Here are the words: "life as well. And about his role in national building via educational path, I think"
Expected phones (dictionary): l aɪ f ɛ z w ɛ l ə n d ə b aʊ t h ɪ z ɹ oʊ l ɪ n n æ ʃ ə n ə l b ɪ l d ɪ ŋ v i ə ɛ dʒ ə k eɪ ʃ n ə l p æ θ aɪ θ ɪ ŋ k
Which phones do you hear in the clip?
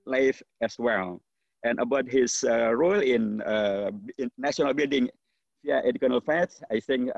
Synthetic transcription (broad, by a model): l aɪ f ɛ s w ɛ l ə n ə b aʊ t h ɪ s ɹ oʊ l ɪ n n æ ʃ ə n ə l b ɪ l d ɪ ŋ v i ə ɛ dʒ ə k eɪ n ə l f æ s aɪ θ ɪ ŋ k